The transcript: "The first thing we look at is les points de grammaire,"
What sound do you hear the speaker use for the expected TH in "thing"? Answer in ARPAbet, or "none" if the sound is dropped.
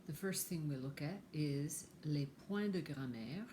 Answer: TH